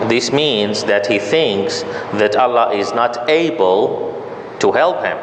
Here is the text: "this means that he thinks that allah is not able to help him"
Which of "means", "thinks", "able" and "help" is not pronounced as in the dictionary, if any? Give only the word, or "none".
none